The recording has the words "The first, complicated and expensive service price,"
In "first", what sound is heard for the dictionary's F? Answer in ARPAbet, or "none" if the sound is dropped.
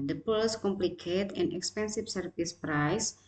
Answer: P